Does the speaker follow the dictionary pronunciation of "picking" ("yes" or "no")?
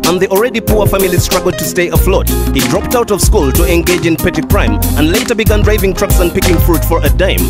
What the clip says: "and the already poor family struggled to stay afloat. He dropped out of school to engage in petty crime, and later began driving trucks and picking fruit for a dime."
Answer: yes